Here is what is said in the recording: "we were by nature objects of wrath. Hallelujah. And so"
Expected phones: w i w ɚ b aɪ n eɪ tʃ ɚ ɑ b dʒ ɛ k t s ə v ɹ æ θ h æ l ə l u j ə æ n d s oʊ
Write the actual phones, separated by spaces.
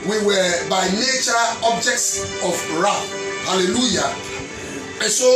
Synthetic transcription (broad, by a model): w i w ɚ b aɪ n eɪ tʃ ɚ ɑ b dʒ ɛ k t s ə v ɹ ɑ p h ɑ l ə l u j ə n s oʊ